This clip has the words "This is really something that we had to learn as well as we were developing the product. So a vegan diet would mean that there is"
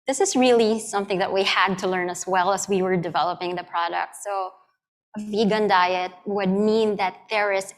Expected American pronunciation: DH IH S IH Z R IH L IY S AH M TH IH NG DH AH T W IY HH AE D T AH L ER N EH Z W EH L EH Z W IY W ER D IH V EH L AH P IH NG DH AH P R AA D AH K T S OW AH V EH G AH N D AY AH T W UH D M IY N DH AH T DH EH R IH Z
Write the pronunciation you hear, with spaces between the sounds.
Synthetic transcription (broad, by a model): DH IH S IH Z R IH L IY S AH M TH IH NG DH AH T W IY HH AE D T AH L ER N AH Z W EH L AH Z W IY W ER D IH V EH L AH P IH NG DH AH P R AA D AH K T S OW AH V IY G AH N D AY AH T W UH D M IY N DH AH T DH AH R IH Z